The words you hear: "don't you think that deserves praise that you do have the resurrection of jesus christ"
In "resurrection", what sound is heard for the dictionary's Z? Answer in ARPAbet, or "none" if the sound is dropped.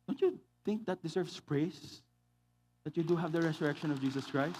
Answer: S